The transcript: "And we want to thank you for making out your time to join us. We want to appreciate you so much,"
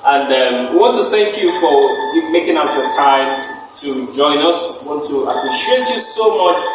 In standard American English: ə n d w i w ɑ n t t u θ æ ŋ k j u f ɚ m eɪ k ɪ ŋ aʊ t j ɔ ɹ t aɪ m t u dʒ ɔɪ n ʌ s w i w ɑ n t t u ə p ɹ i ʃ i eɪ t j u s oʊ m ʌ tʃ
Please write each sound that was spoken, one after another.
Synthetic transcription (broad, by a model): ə n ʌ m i w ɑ n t t u θ æ ŋ k j u f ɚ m eɪ k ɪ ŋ aʊ t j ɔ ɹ t aɪ m t u dʒ ɔɪ n ʌ s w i w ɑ n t t u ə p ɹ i ʃ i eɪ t j u s oʊ m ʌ tʃ